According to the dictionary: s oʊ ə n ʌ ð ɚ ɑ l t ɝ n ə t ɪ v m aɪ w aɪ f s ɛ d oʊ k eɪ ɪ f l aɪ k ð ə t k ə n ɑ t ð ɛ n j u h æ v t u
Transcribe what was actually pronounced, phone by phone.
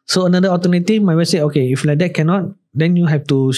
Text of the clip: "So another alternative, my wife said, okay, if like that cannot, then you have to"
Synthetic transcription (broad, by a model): s oʊ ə n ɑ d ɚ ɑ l t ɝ n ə t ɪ f m aɪ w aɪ s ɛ oʊ k eɪ ɪ f l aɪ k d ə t k ə n ɑ t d ɛ n j u h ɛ f t u